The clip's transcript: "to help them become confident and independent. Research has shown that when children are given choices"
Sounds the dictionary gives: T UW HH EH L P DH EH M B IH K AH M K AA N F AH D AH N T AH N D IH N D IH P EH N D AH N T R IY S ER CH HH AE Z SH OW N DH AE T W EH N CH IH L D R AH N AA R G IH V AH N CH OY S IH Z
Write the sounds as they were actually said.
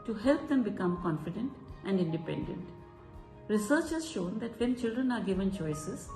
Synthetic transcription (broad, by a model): T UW HH EH L P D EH M B IH K AH M K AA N F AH D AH N T AH N D IH N D IH P EH N D AH N T R IY S ER CH HH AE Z SH OW N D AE T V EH N CH IH L D R AH N AA R G IH V AH N CH OY S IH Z